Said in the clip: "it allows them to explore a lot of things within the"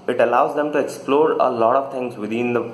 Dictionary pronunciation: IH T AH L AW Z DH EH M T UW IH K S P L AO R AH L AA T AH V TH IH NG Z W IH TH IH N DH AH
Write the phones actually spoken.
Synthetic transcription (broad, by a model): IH T AH L AW Z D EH M T UW IH K S P L AO R AH L AA T AH V T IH NG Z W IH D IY N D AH